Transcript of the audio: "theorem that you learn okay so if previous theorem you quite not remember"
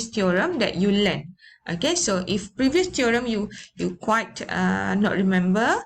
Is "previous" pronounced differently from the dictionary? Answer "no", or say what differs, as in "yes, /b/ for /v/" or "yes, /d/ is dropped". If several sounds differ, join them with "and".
no